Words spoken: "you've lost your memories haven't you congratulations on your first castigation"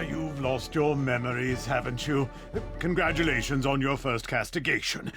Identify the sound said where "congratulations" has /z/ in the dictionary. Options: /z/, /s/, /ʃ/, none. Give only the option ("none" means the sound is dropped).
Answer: /z/